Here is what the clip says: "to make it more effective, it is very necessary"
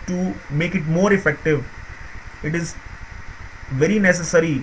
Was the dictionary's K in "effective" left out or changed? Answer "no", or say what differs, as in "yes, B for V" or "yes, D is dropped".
no